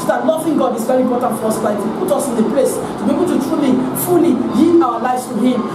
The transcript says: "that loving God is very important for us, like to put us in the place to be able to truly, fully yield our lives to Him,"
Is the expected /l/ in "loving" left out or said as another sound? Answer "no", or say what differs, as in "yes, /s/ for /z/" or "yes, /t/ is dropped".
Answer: yes, /n/ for /l/